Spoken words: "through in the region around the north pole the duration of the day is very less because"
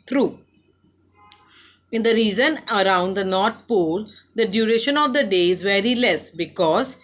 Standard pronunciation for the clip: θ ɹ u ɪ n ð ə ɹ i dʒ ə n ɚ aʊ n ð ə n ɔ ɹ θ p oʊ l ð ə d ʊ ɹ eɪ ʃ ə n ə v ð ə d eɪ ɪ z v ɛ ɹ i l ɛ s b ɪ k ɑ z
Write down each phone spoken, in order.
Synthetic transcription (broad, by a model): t ɹ u ɪ n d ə ɹ i z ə n ɚ aʊ n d ə n ɔ ɹ t p oʊ l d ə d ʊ ɹ eɪ ʃ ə n ə v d ə d eɪ ɪ z v ɛ ɹ i l ɛ s b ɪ k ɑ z